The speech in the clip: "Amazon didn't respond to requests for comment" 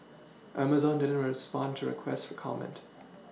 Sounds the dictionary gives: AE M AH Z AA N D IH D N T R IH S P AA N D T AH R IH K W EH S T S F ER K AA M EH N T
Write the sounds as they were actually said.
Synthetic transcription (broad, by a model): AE M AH Z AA N D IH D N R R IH S P AA N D T AH R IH K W EH S T F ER K AA M EH N T